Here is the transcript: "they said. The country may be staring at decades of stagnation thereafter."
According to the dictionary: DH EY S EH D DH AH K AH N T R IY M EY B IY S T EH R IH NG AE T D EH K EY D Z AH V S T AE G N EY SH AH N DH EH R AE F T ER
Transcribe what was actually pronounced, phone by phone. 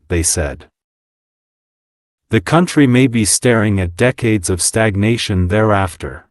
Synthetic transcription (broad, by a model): DH EY S EH D DH AH K AH N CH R IY M EY B IY S T EH R IH NG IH T D EH K EY D Z AH V S T AE G N EY SH AH N DH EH R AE F T ER